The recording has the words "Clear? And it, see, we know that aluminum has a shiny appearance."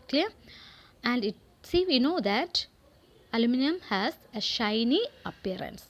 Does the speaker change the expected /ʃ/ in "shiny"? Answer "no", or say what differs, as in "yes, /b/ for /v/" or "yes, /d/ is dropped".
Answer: no